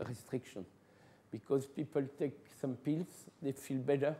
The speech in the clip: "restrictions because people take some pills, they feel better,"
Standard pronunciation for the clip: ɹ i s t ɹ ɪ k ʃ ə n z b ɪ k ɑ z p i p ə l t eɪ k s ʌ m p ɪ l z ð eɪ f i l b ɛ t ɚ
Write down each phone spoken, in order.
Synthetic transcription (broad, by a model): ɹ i s t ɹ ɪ k ʃ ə n b ɪ k ɑ z p i p ə l t eɪ k s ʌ m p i l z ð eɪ f i l b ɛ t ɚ